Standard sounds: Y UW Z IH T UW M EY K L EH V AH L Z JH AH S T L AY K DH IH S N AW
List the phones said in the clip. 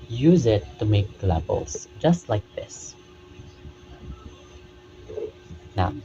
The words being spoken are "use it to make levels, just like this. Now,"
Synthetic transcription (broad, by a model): Y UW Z IH T UW M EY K L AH B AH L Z JH AH S T L AY K DH IH S N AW